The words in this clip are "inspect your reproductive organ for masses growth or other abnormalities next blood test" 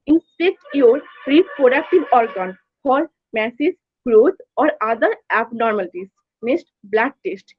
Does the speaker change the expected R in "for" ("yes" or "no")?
yes